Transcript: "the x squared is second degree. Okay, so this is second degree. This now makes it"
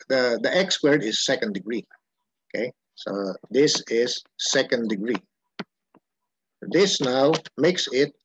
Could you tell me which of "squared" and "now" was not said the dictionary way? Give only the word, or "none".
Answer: squared